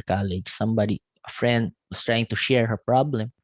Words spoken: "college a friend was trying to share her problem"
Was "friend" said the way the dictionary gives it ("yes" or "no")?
yes